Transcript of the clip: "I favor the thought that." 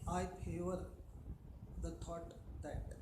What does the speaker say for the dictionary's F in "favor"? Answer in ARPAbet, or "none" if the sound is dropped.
P